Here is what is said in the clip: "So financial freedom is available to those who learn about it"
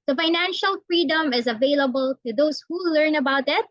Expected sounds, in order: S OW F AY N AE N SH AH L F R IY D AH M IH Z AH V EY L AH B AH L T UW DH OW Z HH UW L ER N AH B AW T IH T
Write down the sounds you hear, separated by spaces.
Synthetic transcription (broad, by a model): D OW F AY N AE N SH AH L F R IY D AH M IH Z AH V EY L AH B AH L T UW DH OW S HH UW L ER N AH B AW T IH T